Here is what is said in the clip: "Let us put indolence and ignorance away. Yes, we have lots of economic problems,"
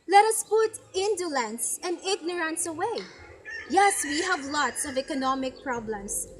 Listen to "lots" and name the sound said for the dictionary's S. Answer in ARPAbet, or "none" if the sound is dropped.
S